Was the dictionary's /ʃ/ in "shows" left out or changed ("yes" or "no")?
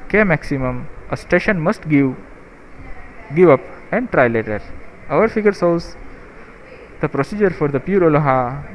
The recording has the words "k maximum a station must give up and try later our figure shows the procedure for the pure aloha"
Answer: yes